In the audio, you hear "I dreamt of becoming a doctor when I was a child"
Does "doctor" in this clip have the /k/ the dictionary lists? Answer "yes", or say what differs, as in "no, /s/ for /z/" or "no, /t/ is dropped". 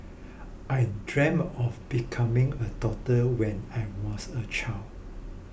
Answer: no, /k/ is dropped